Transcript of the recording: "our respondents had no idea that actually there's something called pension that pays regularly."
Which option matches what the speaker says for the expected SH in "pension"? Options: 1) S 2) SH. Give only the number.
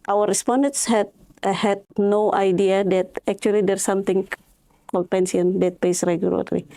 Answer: 1